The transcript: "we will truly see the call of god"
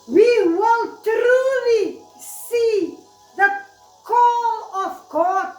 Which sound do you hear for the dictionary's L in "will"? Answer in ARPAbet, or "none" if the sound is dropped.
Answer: N